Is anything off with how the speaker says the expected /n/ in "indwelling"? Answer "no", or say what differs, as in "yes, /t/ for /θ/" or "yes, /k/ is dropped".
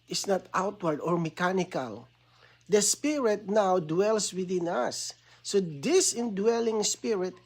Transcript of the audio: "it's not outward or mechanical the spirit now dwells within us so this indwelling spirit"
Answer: no